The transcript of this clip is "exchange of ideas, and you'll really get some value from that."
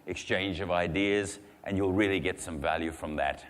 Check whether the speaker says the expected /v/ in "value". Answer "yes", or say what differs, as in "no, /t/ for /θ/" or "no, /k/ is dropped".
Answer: yes